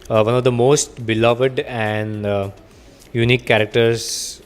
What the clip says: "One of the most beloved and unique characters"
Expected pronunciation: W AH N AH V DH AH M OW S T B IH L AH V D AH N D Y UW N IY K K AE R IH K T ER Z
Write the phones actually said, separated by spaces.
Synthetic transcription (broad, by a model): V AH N AH V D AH M OW S T B IH L AH V D AH N D Y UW N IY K K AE R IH K T ER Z